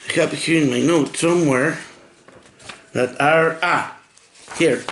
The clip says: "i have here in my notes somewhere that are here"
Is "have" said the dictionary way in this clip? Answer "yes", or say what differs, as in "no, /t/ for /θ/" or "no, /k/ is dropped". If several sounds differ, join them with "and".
no, /p/ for /v/